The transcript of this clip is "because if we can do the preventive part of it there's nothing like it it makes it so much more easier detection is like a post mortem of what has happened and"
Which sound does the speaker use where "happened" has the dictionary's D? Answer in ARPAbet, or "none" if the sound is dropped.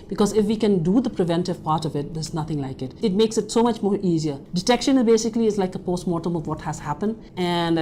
D